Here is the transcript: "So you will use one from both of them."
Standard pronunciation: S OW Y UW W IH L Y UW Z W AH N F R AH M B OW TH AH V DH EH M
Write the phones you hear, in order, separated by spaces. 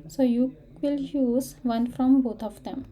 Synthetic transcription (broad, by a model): S OW Y UW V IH L Y UW Z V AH N F R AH M B OW T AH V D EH M